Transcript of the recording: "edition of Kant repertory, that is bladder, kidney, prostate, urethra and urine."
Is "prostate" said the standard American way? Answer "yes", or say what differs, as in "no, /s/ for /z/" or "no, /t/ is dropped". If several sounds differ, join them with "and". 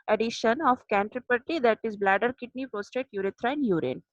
no, /ɹ/ is dropped